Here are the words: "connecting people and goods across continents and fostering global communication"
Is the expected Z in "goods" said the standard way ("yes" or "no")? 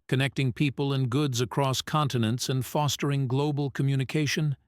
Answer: yes